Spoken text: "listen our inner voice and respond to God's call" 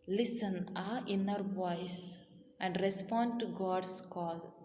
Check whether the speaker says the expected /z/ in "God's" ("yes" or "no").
no